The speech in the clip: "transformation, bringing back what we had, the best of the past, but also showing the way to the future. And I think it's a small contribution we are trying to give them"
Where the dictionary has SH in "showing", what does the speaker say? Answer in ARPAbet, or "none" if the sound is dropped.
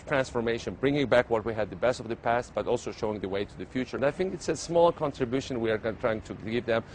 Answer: SH